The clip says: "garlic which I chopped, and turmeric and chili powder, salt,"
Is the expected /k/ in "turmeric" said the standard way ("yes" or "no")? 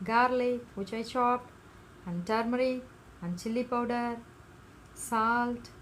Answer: no